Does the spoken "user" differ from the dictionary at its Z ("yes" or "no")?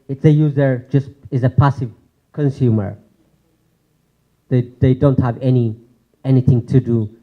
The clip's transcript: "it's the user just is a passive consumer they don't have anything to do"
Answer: no